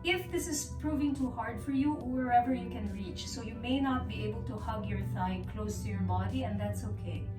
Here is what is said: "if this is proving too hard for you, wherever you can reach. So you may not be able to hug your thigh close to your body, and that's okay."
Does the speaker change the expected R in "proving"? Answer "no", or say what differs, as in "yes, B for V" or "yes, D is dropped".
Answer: no